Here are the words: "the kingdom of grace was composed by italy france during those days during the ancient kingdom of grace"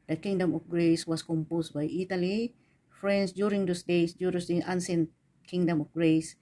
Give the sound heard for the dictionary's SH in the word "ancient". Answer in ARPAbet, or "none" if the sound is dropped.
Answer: S